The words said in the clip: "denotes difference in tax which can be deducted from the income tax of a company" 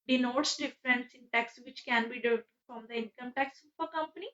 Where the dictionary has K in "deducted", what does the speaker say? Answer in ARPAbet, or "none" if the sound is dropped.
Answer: none